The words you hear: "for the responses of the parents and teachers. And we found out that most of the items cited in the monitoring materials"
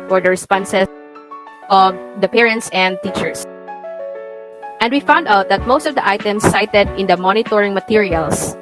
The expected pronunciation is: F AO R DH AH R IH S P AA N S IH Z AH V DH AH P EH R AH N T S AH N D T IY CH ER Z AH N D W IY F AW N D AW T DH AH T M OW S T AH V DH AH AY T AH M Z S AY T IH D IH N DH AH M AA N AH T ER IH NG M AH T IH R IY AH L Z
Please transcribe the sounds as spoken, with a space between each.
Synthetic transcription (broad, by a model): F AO R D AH R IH S P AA N S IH AH V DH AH P EH R AH N T S AH N D T IY CH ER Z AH N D W IY F AW N D AW T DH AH T M OW S T AH V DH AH AY T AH M S AY T IH D IH N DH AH M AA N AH T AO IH NG M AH T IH R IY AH L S